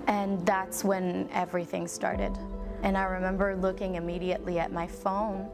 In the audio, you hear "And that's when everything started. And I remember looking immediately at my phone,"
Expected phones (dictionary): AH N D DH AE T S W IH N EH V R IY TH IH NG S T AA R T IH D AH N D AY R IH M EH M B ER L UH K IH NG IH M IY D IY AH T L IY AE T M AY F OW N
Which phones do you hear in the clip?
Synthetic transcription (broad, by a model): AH N DH AE T S W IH N EH V R IY TH IH NG S T AA R T IH D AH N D AY R IH M EH M B ER L UH K IH NG IH M IY D IY AH T L IY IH T M AY F OW N